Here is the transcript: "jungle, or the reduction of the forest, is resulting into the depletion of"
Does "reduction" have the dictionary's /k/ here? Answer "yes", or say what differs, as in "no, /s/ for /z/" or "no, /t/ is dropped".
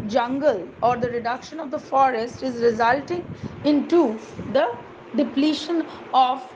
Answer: yes